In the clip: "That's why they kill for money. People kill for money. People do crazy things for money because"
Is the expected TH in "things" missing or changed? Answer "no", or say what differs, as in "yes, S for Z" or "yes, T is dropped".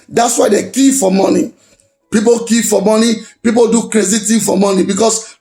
yes, T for TH